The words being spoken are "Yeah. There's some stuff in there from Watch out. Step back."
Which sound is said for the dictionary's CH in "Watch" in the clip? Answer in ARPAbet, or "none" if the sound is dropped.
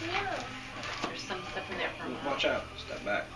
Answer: CH